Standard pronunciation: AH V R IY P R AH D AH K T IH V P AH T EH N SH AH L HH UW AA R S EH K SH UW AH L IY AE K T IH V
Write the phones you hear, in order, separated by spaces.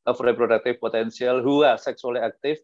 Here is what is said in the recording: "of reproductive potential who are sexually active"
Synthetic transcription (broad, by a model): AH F R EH P R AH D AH K T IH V P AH T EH N S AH L HH UW AA R S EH K S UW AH L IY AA K T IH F